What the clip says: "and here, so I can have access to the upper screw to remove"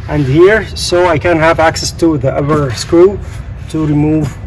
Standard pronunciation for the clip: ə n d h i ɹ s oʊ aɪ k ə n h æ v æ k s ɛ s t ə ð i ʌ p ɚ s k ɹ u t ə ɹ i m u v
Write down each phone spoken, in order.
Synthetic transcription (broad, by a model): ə n d h i ɹ s oʊ aɪ k ə n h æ v æ k s ɛ s t ə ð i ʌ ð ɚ s k u t ə ɹ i m u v